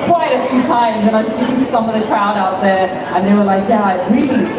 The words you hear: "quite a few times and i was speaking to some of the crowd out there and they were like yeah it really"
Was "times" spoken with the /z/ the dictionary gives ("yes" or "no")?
yes